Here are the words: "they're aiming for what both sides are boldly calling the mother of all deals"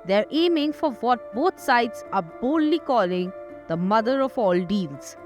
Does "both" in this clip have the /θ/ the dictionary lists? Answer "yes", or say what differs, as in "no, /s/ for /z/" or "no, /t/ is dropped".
no, /t/ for /θ/